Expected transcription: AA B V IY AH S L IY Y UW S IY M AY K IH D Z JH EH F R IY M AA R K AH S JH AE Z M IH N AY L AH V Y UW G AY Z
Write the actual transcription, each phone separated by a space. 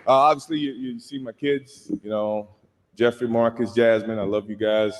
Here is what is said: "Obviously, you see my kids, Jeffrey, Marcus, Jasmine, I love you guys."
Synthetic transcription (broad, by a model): AA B V IY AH S L IY Y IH S IY M AY K IH D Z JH EH F R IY M AA R K AH S JH AE Z M IH N AY L AH V Y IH G AY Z